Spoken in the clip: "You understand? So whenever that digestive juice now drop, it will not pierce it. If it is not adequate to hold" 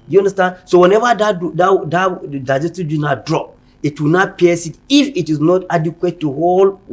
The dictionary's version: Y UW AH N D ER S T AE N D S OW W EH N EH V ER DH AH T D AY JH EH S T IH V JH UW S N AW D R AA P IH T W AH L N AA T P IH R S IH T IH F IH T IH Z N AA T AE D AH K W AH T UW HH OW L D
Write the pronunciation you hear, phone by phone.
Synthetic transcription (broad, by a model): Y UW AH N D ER S T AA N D S OW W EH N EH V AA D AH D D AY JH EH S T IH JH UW N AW D R AA P IH T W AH N AA T P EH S IH T IH F IH T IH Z N AA T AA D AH K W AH T UW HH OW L